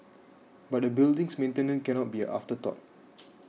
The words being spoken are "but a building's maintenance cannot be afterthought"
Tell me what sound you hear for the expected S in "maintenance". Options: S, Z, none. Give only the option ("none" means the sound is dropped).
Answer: none